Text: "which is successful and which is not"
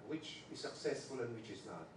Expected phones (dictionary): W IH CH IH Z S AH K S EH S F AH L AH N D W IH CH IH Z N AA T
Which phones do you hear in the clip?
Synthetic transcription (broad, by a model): W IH CH IH Z S AH K S EH S F AH L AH N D W IH CH IH Z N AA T